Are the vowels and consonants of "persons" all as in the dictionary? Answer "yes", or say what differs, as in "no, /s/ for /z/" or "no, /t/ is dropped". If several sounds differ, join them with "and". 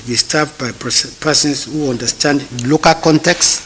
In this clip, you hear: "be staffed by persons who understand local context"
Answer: no, /s/ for /z/